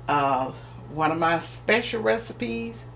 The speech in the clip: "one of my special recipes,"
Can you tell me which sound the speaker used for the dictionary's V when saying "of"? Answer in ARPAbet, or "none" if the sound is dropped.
V